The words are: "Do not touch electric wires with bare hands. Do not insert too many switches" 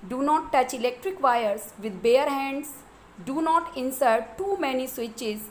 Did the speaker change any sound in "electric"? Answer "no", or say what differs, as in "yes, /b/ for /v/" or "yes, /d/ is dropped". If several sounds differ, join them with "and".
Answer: no